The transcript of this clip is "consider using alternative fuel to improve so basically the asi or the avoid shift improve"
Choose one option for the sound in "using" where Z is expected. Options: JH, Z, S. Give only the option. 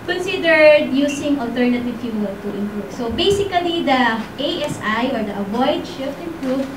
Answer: S